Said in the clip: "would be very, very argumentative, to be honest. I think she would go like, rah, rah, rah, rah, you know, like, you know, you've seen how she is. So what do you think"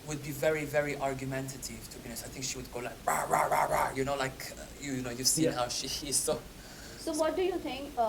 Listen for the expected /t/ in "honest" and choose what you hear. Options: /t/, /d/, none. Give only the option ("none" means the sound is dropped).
none